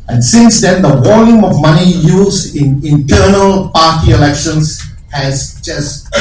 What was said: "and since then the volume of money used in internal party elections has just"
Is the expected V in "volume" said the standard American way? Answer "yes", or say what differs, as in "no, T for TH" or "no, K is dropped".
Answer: no, W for V